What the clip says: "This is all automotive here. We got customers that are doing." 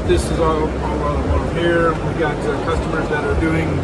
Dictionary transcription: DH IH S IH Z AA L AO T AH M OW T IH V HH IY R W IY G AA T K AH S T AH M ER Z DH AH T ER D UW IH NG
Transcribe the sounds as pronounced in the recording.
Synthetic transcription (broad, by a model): DH IH S IH Z AA L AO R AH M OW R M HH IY R W IY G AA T K AH S T AH M ER Z DH AH T ER D UW IH NG